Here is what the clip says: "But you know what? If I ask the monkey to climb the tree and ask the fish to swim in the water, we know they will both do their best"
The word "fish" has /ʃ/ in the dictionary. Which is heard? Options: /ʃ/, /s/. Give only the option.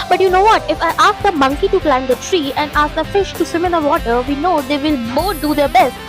/ʃ/